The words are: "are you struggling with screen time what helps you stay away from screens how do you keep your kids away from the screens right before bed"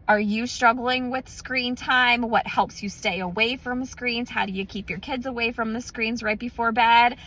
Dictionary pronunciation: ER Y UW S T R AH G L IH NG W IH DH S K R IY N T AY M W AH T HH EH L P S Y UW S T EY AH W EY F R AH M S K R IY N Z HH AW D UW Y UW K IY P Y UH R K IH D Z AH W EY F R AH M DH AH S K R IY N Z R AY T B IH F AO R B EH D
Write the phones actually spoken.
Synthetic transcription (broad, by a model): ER Y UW S T R AH G L IH NG W IH DH S K R IY N T AY M W AH T HH EH L P S Y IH S T EY AH W EY F R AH M S K R IY N Z HH AW D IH Y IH K IY P Y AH R K IH D Z AH W EY F R AH M DH AH S K R IY N Z R AY T B IH F AO R B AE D